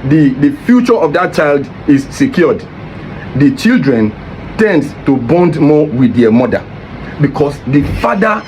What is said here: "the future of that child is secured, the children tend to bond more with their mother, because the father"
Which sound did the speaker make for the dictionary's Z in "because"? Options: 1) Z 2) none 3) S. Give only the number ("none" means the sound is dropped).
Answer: 3